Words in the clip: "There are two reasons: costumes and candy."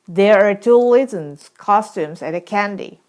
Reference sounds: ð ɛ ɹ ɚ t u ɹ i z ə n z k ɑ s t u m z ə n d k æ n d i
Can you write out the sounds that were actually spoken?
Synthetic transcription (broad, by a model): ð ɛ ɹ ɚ t u l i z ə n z k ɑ s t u m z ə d k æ n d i